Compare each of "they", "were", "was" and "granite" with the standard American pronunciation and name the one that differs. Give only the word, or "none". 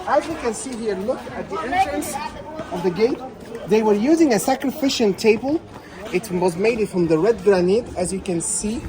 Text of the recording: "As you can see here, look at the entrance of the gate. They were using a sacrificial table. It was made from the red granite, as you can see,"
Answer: none